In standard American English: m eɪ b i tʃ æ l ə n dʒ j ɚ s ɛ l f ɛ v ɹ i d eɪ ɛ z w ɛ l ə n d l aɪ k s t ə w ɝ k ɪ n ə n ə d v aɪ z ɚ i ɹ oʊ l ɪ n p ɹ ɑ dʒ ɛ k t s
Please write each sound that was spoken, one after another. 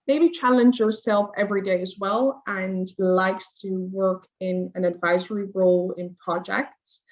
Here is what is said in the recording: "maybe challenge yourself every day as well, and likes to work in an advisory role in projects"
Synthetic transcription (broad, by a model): m eɪ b i tʃ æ l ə n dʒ j ɚ s ɛ l f ɛ v ɹ i d eɪ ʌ z w ɛ l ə n l aɪ k s t ə w ɝ k ɪ n ə n ə d v aɪ z ɚ i ɹ oʊ l ɪ n p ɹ ɑ dʒ ɛ k t s